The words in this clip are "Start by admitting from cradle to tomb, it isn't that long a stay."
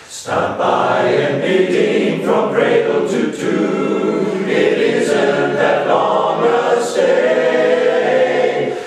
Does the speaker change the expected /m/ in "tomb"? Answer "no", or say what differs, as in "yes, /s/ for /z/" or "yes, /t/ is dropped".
yes, /m/ is dropped